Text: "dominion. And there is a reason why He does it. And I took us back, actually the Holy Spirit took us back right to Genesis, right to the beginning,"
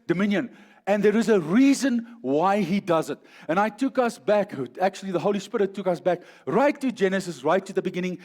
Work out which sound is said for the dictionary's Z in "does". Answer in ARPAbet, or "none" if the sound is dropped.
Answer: Z